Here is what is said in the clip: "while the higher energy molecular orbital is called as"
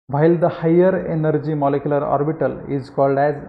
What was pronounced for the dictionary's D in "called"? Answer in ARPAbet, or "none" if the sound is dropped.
D